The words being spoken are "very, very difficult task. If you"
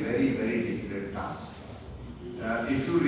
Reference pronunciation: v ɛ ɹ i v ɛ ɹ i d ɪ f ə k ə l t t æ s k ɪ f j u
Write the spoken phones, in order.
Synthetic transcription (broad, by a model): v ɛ ɹ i v ɛ ɹ i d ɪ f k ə t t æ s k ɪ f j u